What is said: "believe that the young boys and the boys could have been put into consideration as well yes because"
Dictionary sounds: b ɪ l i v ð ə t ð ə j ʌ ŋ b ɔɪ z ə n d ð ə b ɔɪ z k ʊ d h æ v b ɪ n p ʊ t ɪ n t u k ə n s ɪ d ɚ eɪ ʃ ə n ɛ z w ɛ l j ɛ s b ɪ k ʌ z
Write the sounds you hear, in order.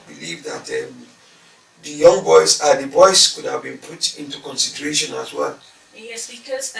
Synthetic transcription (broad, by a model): b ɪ l i v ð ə t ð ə j ʌ ŋ b ɔɪ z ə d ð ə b ɔɪ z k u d h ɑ v b ɪ n p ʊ t ɪ n t u k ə n s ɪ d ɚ eɪ ʃ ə n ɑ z w ɛ l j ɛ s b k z